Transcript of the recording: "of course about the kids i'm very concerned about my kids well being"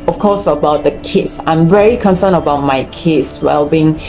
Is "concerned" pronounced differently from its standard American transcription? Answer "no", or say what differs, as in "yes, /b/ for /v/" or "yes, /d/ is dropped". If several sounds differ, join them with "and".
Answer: yes, /d/ is dropped